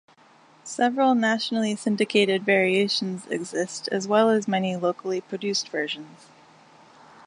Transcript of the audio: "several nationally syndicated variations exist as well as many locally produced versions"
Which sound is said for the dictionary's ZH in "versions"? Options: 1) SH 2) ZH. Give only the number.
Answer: 2